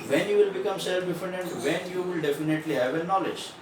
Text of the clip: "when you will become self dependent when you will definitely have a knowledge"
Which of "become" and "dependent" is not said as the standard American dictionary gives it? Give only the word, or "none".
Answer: dependent